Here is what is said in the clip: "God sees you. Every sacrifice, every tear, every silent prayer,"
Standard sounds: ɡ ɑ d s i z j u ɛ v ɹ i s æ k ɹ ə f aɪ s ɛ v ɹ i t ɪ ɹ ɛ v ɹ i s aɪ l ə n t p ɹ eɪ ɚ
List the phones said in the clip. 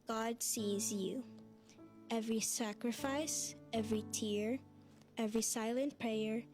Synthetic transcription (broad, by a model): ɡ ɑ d s i z j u ɛ v ɹ i s æ k ɹ ə f aɪ s ɛ v ɹ i t ɪ ɹ ɛ v ɹ i s aɪ l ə n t p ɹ eɪ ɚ